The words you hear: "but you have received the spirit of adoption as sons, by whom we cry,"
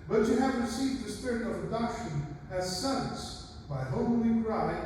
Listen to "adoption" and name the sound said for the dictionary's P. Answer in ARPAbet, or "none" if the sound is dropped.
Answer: none